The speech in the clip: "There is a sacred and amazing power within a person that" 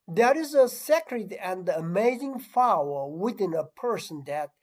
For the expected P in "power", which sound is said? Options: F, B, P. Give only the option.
F